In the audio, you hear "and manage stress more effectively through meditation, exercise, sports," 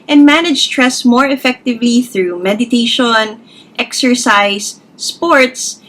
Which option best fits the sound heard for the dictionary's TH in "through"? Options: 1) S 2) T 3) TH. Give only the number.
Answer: 3